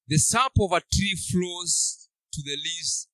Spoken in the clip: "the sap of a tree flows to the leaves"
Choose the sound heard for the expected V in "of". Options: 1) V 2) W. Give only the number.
1